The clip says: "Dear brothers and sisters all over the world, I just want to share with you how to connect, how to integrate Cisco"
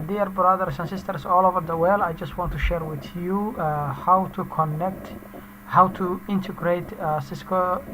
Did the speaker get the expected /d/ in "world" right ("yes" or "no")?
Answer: no